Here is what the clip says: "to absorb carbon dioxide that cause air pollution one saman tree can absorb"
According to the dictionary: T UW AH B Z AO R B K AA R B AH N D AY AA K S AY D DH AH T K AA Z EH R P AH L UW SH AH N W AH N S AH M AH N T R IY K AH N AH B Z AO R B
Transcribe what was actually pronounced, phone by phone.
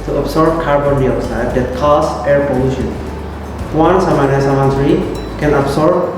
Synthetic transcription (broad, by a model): T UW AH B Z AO R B K AA R B AH N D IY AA S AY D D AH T K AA S EH R P AH L UW SH AH N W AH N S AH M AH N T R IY K AH N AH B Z AO R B